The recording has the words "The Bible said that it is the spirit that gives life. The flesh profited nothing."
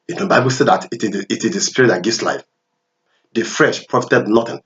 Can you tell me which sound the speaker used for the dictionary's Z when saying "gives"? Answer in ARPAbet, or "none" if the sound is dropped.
S